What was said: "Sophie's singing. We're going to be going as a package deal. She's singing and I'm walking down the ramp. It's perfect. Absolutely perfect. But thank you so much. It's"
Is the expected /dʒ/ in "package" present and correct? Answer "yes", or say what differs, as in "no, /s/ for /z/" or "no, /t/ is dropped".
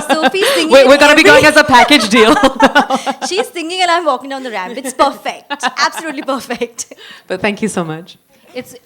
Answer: yes